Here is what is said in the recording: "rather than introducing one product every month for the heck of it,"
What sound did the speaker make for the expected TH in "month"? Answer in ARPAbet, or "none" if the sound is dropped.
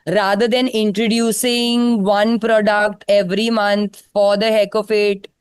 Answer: T